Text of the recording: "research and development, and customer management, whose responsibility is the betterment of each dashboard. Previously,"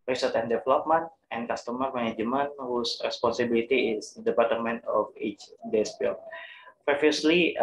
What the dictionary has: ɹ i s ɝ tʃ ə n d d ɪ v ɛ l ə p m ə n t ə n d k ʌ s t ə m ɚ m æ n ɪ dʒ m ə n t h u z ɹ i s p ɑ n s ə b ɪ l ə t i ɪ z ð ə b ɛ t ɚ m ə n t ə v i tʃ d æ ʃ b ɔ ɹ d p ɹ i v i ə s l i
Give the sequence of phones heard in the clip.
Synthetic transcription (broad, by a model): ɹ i s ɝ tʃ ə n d d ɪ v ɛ l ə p m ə n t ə n k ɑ s t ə m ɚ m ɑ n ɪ dʒ m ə n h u s ɹ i s p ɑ n s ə b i l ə t i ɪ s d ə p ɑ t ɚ m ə n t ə f i tʃ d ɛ s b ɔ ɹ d p ɹ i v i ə s l i